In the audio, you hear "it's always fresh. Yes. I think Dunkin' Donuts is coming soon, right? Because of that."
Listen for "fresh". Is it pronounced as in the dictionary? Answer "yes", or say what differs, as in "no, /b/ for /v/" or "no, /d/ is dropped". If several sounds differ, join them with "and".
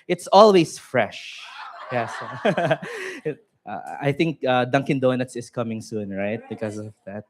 yes